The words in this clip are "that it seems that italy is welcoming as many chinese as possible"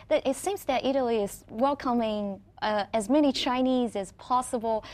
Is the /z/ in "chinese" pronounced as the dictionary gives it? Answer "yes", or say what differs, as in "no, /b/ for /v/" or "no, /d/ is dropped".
yes